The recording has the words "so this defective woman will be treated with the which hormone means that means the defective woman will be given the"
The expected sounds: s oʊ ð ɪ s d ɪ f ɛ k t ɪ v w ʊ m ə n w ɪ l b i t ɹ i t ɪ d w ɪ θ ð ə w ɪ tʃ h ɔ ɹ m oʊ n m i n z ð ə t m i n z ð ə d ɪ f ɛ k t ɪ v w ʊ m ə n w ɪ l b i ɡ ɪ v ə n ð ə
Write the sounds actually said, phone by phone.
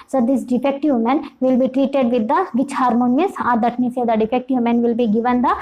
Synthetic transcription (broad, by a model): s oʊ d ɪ s d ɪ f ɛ k t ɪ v m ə n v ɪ l b i t ɹ i t ɪ d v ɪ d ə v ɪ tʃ h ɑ ɹ m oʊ n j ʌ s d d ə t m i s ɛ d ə d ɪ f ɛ k t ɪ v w m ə n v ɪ l b i ɡ ɪ v ə n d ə